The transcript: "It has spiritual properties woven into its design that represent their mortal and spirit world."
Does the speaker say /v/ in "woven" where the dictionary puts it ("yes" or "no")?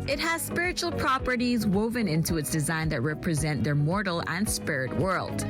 yes